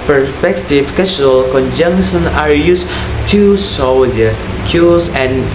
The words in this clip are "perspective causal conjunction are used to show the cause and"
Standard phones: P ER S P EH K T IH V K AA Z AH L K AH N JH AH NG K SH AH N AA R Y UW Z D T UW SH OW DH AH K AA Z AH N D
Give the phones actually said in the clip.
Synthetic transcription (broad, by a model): P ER S P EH K T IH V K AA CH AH L K AH N JH AH NG K SH AH N AA R Y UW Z T UW S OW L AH K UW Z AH N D